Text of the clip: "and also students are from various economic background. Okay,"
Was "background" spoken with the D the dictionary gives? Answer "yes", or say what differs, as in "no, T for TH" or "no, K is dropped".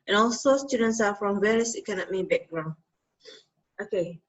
no, D is dropped